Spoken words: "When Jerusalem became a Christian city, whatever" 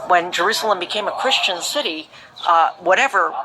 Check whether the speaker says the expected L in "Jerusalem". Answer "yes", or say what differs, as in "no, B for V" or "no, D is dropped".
yes